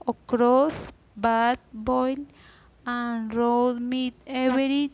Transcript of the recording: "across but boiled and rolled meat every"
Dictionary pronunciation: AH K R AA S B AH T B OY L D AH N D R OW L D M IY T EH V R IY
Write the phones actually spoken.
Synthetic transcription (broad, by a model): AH K R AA S B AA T B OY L AH N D R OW D M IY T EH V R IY